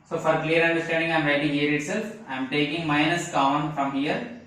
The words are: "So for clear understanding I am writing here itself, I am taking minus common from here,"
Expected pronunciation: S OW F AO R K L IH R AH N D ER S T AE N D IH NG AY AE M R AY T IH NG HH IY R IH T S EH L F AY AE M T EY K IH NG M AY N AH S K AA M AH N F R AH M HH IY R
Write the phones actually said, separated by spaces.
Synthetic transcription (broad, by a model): S OW F AO R K L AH R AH N D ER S T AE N D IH NG AY M R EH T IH HH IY R IH T S EH L F AY M T EY K IH NG M AY N AH S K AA AH N F R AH M HH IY R